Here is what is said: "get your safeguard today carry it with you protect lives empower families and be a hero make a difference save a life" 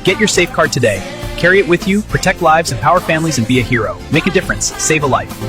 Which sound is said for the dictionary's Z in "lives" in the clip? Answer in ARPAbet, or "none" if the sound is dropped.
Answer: Z